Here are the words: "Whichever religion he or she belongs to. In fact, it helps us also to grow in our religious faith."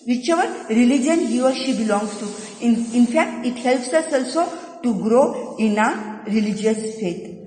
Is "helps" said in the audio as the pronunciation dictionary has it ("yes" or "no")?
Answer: yes